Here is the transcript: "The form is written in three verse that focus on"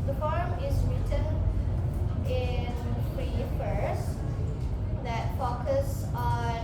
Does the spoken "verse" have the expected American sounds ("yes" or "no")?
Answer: no